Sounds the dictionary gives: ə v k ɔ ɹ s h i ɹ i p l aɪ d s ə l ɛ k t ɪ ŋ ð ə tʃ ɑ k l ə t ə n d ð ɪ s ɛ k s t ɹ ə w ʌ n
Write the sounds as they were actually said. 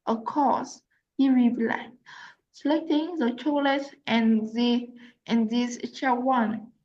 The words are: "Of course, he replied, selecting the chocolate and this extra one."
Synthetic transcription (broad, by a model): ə k ɔ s h i ɹ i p l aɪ s ə l ɛ k t ɪ ŋ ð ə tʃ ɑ l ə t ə n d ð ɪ ɛ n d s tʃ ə w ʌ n